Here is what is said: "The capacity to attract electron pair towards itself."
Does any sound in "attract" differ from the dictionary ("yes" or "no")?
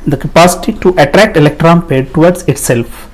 no